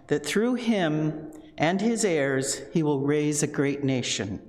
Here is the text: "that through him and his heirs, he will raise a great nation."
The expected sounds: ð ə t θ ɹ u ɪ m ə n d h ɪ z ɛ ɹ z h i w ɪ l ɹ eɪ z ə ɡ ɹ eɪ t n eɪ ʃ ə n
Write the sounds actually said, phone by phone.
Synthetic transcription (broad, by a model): ð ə t θ ɹ u ɪ m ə n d ɪ z ɛ ɹ z h i w ɪ l ɹ eɪ z ə ɡ ɹ eɪ t n eɪ ʃ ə n